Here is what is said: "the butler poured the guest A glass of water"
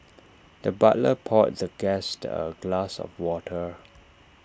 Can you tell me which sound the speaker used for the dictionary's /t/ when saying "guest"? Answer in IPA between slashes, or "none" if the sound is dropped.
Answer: /t/